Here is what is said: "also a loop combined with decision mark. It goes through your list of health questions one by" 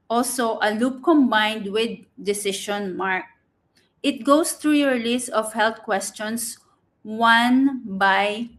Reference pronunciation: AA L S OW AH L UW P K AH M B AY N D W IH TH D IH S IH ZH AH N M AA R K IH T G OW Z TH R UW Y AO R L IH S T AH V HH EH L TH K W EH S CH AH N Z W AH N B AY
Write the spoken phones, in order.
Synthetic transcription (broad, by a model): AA L S OW AH L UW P K AH M B AY N D W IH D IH S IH SH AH N M AA R K IH T G OW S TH R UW Y AO R L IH S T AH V HH EH L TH K W EH S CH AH N S W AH N B AY